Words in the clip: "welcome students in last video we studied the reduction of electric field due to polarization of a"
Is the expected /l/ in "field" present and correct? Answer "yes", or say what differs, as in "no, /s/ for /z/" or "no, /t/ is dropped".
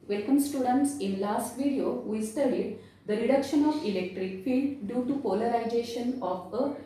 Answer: yes